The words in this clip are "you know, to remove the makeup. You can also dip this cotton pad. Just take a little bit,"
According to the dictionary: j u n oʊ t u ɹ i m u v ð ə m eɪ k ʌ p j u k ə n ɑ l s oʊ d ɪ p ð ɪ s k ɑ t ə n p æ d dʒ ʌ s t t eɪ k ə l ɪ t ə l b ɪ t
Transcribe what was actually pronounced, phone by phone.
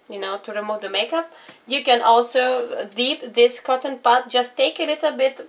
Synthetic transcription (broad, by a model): j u n oʊ t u ɹ i m u v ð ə m eɪ k ʌ p j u k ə n ɑ l s oʊ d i p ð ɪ s k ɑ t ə n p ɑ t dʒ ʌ s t t eɪ k ə l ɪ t l b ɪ t